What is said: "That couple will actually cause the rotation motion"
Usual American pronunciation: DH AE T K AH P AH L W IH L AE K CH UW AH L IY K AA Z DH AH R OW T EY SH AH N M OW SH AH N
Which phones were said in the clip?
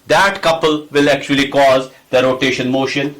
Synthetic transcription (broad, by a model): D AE T K AH P AH L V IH L AE K CH UW AH L IY K AA Z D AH R OW T EY SH AH N M OW SH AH N